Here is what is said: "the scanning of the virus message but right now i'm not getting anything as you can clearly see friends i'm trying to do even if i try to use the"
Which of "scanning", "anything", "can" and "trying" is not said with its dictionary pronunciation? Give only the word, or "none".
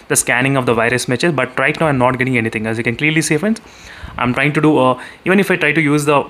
anything